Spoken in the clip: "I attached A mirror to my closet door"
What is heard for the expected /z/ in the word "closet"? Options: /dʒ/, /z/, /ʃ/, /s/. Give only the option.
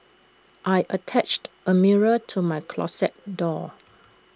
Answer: /s/